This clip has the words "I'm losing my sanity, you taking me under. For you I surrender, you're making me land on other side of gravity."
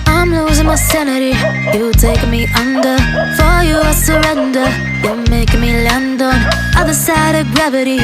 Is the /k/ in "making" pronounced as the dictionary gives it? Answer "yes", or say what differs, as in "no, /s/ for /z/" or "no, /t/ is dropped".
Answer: yes